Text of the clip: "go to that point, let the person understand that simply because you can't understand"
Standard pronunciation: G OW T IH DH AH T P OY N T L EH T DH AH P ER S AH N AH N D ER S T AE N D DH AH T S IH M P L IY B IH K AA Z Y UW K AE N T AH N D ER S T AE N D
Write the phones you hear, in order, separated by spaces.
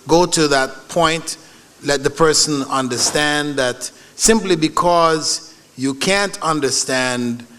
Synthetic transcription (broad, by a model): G OW T IH DH AH T P OY N T L EH T DH AH P ER S AH N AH N D ER S T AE N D DH AH T S IH M P L IY B IH K AA Z Y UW K AE N T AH N D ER S T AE N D